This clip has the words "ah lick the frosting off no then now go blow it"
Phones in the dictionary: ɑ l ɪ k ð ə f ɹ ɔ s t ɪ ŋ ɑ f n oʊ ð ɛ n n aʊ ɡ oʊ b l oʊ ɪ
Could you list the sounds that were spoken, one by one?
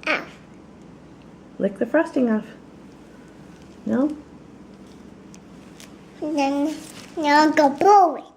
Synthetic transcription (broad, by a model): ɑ l ɪ k ð ə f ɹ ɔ s t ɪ ŋ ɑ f n oʊ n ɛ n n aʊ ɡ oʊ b oʊ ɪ